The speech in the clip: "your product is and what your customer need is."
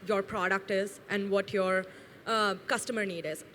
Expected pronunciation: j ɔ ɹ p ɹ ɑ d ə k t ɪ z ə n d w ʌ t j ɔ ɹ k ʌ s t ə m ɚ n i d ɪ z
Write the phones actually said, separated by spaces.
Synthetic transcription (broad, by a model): j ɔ ɹ p ɹ ɑ d ə k t ɪ z ə n d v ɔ t j ɔ ɹ k ʌ s t ə m ɚ n i d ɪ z